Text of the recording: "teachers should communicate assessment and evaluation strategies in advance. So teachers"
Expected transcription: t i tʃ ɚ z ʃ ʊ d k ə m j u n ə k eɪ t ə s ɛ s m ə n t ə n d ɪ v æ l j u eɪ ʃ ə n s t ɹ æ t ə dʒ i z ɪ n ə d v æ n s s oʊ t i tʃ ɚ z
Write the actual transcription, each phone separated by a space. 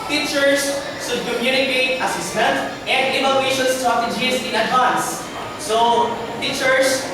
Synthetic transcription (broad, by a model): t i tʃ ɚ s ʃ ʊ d k ə m j u n ə k eɪ t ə s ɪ s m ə n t ə n d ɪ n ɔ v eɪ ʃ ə n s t ɔ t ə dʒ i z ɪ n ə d ɑ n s s oʊ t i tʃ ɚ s